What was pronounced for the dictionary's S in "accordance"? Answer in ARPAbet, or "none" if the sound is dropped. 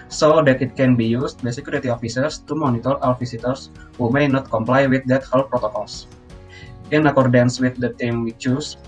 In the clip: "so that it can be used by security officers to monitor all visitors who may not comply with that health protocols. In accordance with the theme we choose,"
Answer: S